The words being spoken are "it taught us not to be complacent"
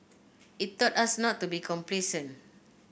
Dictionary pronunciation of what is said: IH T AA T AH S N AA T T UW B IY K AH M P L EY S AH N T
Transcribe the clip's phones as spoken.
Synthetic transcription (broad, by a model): IH T AA T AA S N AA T T UW B IY K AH M P L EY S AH N